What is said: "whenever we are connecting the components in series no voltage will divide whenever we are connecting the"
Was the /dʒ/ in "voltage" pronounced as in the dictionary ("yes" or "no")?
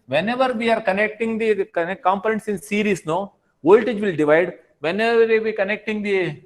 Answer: yes